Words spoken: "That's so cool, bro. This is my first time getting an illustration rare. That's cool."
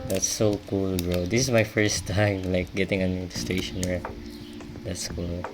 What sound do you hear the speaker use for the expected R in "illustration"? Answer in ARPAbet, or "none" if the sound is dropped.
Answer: none